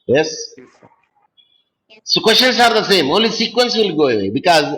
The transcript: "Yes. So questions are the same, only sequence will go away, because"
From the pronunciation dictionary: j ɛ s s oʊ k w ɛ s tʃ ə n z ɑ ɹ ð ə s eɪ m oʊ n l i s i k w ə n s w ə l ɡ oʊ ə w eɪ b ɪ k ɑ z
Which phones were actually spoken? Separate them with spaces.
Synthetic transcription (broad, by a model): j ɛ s s oʊ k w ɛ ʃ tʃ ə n s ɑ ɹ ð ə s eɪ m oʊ l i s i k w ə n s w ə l ɡ oʊ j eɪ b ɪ k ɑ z